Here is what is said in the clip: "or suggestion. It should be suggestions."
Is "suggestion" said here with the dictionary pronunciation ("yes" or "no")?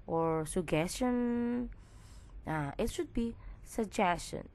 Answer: no